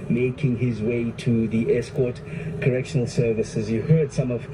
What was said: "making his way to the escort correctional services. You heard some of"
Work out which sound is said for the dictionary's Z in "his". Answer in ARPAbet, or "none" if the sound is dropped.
Z